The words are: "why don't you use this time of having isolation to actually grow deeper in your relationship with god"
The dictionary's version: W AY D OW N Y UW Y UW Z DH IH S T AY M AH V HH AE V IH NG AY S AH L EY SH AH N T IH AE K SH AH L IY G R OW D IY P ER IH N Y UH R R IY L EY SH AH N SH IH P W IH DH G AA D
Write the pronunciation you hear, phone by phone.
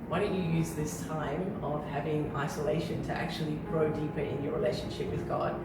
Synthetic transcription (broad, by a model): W AY D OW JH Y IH Y UW Z DH IH S T AY M AH V HH AE V IH NG AY S AH L EY SH AH N T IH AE K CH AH L IY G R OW D IY P ER IH N Y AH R R IY L EY SH AH N SH IH P W IH DH G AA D